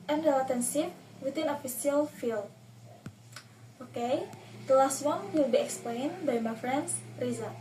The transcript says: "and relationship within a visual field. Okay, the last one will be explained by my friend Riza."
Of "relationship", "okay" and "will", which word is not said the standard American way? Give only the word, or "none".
relationship